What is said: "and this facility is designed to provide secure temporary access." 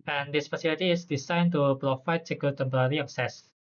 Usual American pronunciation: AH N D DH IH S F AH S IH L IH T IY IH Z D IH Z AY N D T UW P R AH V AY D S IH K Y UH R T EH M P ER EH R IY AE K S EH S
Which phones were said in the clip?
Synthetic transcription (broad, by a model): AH N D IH S F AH S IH L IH T IY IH S D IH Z AY N T UW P R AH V AY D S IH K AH L T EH M P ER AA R IY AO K S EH S